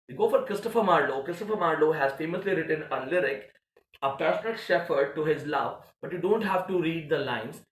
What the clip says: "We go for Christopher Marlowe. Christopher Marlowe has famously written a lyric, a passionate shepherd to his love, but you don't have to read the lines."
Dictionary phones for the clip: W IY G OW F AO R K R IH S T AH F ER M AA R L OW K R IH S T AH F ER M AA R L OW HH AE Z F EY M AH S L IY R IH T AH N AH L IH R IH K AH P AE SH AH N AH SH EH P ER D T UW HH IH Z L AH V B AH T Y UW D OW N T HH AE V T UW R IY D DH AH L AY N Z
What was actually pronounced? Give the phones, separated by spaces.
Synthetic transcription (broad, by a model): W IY G OW F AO R K R IH S T AH F ER M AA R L OW K R IH S T AH F ER M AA R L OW HH AE Z F EY M AH S L IY R IH T AH N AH L IH R IH K AH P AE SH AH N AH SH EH F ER D T UW HH IH Z L AH V B AH T Y UW D OW N T HH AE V T UW R IY D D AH L AY N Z